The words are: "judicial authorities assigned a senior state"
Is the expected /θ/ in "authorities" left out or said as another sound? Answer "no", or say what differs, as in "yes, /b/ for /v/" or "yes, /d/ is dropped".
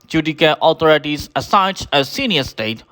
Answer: yes, /t/ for /θ/